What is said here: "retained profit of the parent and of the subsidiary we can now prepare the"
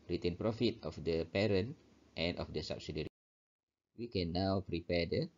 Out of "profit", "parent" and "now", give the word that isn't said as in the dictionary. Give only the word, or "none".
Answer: none